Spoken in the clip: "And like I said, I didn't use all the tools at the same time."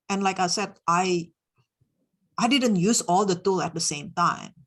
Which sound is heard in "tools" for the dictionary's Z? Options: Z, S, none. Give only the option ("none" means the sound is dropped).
none